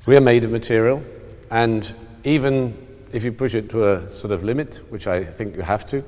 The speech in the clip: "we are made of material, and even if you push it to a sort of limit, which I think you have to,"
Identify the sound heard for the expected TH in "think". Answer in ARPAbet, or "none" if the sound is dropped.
TH